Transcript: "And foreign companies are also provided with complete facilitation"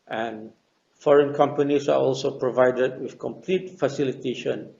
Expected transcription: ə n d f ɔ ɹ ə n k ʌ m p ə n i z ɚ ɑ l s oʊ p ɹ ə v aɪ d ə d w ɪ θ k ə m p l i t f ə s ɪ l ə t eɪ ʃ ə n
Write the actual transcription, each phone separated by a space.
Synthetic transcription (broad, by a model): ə n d f ɔ ɹ ə n k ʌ m p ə n i s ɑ ɑ l s oʊ p ɹ ə v aɪ d ə d w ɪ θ k ə m p l i t f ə s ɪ l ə t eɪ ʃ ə n